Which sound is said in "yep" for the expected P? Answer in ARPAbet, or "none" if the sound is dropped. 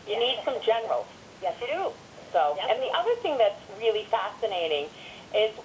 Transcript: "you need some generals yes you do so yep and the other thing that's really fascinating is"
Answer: none